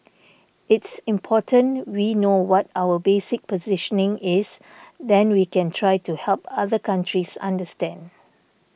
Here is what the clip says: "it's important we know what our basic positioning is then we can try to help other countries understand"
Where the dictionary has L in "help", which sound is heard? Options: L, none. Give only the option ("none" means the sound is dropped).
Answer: L